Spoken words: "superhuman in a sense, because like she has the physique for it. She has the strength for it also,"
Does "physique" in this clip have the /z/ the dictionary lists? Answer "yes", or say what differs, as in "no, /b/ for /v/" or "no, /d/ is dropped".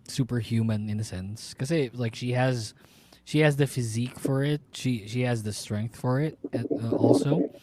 yes